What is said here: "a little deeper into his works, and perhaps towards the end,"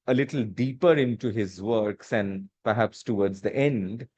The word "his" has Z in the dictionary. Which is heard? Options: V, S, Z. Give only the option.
Z